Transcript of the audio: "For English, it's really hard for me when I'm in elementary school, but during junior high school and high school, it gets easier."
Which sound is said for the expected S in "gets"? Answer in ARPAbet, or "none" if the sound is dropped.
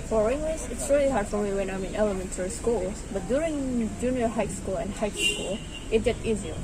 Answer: none